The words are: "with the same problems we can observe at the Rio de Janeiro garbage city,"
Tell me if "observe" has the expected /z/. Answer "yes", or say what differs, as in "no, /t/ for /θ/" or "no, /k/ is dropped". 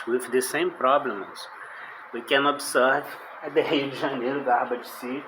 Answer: no, /s/ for /z/